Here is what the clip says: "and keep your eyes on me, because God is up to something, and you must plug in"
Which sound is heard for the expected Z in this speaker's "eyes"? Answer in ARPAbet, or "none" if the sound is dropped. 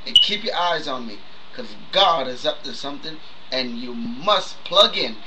Z